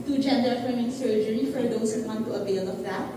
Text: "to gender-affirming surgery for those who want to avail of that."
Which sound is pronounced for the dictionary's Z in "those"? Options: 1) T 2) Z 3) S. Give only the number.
3